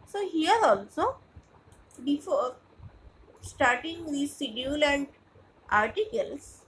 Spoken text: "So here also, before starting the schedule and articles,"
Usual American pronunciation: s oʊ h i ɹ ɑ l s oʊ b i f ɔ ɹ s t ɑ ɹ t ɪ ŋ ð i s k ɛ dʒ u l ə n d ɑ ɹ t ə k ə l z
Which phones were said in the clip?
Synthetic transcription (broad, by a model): s oʊ h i ɹ ɑ l s oʊ b i f ɔ ɹ s t ɑ ɹ t ɪ ŋ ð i s i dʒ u l ə n d ɑ ɹ t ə k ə l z